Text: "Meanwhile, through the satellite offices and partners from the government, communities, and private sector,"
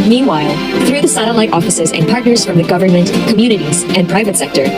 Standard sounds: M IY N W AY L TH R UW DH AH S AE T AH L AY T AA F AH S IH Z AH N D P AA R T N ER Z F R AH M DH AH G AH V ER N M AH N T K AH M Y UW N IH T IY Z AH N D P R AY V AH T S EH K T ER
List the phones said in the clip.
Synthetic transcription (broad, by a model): M IY N W AY L TH R UW DH AH S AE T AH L AY T AA F AH S IH Z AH N P AA R T N ER Z F R AH M DH AH G AH V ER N M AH N K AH M Y UW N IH T IY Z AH N P R AY V AH T S EH K T ER